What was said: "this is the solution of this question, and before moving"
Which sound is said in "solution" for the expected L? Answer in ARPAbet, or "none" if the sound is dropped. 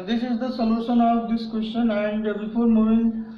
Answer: N